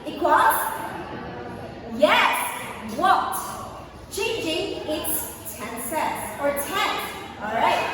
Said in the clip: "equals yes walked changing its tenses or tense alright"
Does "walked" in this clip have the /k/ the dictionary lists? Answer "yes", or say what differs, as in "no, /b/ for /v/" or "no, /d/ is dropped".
no, /k/ is dropped